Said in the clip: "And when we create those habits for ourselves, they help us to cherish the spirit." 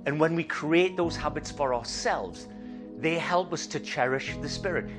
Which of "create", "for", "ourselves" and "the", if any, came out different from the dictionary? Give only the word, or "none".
none